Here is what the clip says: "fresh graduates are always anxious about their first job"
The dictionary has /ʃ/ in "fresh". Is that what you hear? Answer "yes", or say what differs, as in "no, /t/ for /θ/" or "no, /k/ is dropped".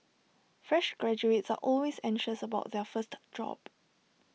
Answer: yes